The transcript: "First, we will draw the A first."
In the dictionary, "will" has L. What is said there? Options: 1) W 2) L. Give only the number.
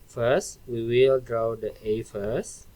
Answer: 2